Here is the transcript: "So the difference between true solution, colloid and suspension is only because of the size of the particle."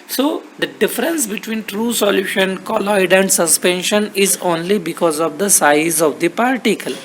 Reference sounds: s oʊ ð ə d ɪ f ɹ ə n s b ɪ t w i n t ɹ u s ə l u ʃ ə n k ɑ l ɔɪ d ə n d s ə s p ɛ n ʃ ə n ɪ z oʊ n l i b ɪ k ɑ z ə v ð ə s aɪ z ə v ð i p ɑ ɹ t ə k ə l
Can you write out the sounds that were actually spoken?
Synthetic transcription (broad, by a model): s oʊ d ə d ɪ f ɹ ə n s b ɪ t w i n t ɹ u s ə l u ʃ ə n k ɑ l ɔɪ d ə n d s ə s p ɛ n ʃ ə n ɪ z oʊ n l i b ɪ k ɑ z ə v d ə s aɪ z ə v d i p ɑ ɹ t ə k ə l